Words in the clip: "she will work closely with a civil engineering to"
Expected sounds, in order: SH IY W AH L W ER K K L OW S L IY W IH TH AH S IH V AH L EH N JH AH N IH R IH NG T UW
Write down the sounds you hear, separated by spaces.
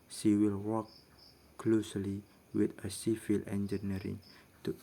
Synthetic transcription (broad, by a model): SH IY W AH L W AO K K L OW S L IY W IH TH AH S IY F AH L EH N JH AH N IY R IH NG T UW